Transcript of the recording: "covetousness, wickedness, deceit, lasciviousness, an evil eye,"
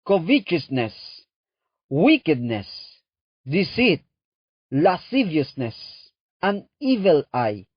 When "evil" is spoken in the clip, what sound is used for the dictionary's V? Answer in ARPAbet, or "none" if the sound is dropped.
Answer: V